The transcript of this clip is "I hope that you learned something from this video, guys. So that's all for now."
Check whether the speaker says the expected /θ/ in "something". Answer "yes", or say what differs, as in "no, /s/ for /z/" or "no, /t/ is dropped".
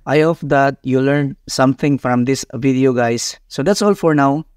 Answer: no, /t/ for /θ/